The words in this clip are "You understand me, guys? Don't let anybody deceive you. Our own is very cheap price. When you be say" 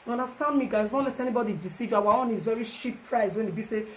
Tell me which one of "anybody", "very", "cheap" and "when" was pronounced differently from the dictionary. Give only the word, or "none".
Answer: cheap